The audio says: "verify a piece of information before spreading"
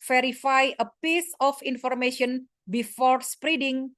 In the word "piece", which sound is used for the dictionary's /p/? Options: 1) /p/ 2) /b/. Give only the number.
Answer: 1